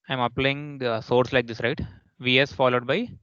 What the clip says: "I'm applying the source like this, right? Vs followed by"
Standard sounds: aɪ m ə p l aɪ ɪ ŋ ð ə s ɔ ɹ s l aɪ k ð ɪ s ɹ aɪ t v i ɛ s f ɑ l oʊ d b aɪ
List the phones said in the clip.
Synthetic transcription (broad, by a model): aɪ m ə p l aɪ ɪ ŋ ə s ɔ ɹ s l aɪ k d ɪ s ɹ aɪ t v i ɛ s f ɑ l oʊ d b aɪ